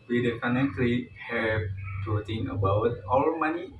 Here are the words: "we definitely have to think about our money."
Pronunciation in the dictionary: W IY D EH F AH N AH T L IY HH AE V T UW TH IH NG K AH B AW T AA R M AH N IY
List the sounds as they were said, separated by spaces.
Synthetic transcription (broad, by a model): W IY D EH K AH N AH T L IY HH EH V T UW T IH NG AH B AW T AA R M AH N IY